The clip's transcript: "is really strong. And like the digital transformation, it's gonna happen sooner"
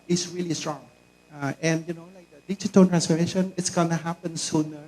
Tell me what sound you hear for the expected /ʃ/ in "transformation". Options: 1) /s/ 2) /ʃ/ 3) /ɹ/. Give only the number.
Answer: 2